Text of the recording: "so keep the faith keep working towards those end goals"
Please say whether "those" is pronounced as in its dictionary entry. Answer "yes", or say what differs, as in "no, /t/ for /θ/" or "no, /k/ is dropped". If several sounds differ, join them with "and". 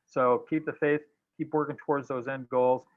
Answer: yes